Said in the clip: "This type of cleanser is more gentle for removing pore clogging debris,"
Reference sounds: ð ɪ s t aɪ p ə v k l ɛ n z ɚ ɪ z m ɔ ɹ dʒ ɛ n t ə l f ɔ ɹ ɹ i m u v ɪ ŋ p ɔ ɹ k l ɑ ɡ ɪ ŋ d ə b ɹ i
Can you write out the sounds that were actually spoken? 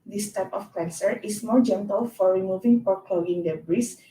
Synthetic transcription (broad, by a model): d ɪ s t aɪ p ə f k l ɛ n s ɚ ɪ s m ɔ ɹ dʒ ɛ n t ə l f ɔ ɹ ɹ i m u v ɪ ŋ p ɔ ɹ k ɑ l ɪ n d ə b ɹ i